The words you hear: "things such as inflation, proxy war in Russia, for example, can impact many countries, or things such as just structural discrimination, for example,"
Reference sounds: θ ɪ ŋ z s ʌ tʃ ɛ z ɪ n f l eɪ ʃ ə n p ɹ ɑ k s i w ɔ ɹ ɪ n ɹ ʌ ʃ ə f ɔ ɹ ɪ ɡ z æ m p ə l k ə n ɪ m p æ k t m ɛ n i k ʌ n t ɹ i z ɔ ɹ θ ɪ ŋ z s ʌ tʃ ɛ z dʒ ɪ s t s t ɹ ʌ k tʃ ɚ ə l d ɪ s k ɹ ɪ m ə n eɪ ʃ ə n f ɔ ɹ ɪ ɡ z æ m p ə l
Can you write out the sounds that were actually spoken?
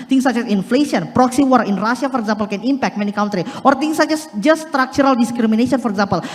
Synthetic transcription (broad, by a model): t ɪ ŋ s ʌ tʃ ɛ s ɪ n f l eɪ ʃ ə n p ɹ ɑ k s i w ɔ ɹ ɪ n ɹ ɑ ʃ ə f ɔ ɹ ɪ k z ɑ m p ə l k ə n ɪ m p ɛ k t m ɛ n i k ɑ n t ɹ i ɔ ɹ t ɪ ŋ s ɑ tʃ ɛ s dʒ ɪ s s t ɹ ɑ k tʃ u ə l d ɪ s k ɹ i m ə n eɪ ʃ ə n f ɔ ɹ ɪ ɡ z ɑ m p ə l